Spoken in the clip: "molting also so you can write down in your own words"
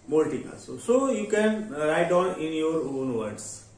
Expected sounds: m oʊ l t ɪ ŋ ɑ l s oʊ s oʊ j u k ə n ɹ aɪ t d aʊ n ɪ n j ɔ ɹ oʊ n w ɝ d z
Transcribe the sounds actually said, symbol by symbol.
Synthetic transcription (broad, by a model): m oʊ l t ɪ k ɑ s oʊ s oʊ j u k ə n ɹ aɪ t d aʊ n ɪ n j ɔ ɹ oʊ n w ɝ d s